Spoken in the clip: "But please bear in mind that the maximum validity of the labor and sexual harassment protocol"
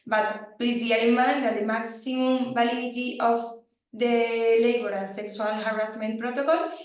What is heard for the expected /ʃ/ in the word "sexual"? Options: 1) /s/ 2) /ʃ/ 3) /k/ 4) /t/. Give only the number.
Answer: 1